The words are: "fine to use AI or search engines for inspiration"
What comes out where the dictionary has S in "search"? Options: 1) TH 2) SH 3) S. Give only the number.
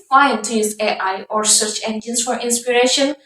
3